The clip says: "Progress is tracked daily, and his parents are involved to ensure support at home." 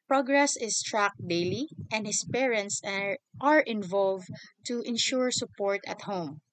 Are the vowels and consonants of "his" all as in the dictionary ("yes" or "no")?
no